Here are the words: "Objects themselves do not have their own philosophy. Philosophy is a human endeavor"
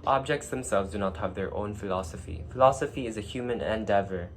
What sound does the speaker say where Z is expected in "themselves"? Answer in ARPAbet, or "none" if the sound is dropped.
Z